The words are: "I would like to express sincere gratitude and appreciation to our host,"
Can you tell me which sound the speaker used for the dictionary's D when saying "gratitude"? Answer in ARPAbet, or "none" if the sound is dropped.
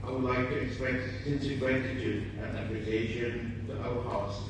none